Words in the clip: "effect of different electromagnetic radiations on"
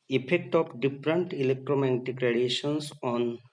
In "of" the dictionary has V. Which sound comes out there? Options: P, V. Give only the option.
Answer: P